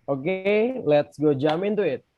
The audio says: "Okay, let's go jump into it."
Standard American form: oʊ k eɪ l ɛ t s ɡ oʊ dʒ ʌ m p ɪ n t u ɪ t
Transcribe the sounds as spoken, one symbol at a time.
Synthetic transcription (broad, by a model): oʊ k eɪ l ɛ t s ɡ oʊ dʒ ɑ m ɪ n t u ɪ t